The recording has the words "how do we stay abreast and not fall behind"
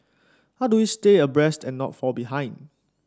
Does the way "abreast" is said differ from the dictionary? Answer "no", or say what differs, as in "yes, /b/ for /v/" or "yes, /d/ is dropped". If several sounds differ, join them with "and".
no